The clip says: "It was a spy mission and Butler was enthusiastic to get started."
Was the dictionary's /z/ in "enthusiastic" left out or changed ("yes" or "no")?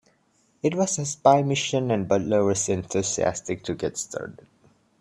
yes